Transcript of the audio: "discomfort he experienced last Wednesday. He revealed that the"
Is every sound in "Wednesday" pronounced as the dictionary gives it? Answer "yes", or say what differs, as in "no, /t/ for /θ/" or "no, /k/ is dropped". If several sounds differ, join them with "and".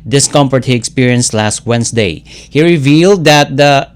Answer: no, /s/ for /z/